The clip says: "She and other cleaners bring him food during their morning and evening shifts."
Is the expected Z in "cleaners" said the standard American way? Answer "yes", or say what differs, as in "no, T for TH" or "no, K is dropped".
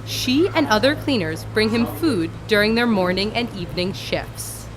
yes